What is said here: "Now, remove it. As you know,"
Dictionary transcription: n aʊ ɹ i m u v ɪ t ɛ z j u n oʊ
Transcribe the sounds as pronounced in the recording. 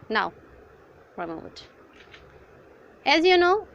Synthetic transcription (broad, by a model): n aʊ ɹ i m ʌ w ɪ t ɛ z j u n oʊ